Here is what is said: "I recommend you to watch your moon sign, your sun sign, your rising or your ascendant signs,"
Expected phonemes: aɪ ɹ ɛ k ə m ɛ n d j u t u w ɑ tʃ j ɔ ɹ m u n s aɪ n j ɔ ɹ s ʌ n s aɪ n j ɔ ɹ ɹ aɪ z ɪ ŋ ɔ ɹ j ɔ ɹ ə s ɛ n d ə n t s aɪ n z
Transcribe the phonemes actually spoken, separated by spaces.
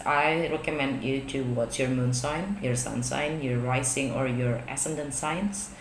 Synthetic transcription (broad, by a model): aɪ ɹ ɛ k ə m ɛ n d j u t u w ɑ s j ɔ ɹ m u n s aɪ n j ɔ ɹ s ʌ n s aɪ n j ɔ ɹ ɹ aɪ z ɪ ŋ ɔ ɹ j ɔ ɹ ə s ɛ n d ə n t s aɪ n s